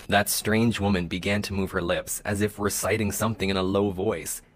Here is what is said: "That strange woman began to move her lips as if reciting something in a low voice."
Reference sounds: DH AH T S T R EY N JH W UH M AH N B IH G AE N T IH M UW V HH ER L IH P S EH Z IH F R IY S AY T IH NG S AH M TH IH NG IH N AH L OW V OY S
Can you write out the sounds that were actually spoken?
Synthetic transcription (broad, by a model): DH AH T S T R EY N JH W UH M AH N B IH G AE N T IH M UW V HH ER L IH P S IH Z IH F W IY S AY T IH NG S AH M TH IH NG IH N AH L OW V OY S